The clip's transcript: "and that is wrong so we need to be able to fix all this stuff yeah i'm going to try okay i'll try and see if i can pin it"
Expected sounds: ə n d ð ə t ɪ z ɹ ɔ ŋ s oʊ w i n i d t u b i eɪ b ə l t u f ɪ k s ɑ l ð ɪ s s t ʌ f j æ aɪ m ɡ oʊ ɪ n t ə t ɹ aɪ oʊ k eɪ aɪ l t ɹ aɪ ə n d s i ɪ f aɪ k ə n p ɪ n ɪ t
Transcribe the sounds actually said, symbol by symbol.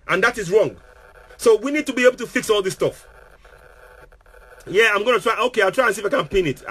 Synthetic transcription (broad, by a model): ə n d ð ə t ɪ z ɹ ɔ ŋ s oʊ w i n i d t u b i eɪ b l t u f ɪ k s ɑ l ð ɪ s s t ʌ f j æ aɪ m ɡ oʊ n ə t ɹ aɪ oʊ k eɪ aɪ l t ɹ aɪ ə n s i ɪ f aɪ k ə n p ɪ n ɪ t